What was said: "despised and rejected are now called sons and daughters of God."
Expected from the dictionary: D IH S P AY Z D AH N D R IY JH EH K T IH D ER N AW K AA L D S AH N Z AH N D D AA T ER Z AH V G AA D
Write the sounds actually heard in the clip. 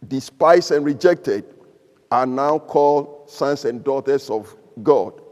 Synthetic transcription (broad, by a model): D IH S P AY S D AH N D R IY JH EH K T IH D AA N AW K AA L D S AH N S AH N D D AA T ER S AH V G AA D